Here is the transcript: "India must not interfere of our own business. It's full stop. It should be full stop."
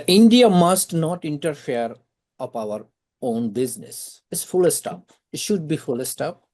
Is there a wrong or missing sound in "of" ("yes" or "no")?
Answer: yes